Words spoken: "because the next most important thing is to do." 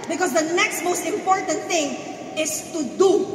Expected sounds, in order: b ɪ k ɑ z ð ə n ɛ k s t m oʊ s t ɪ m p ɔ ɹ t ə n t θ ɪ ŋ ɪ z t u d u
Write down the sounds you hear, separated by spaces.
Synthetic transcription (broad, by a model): b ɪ k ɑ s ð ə n ɛ k s t m oʊ s t ɪ m p ɔ ɹ t ə n t θ ɪ ŋ ɪ s t u d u